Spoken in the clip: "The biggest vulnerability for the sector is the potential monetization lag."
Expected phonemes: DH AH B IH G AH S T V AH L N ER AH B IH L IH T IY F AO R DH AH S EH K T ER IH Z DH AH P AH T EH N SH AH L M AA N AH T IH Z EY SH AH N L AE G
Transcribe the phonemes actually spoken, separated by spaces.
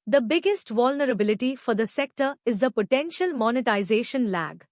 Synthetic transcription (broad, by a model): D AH B IH G AH S T V AH L N ER AH B IH L IH T IY F AO R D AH S EH K T ER IH Z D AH P AH T EH N SH AH L M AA N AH T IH Z EY SH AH N L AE G